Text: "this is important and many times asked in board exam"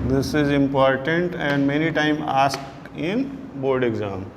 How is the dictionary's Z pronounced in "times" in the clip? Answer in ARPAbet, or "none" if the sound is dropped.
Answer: none